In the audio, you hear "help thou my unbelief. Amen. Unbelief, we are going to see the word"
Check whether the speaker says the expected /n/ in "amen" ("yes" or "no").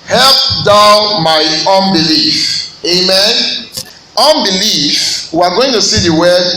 yes